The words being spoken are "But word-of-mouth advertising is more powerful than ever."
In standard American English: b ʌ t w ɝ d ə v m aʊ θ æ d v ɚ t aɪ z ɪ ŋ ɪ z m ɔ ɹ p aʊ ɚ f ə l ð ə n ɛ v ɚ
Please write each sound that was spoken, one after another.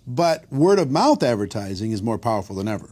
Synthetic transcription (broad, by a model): b ʌ t w ɝ d ə v m aʊ θ æ d v ɚ t aɪ z ɪ ŋ ɪ z m ɔ ɹ p aʊ ɚ f l ð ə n ɛ v ɚ